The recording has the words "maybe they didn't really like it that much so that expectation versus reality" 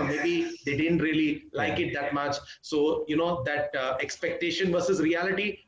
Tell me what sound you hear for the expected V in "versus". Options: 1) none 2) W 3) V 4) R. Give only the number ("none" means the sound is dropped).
3